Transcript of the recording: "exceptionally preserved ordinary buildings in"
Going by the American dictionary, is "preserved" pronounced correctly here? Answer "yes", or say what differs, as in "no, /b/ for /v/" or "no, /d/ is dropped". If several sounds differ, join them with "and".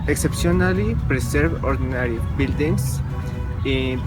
no, /s/ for /z/